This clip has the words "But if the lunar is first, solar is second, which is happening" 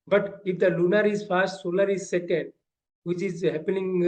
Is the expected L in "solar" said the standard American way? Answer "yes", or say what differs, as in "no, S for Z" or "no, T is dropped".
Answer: no, N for L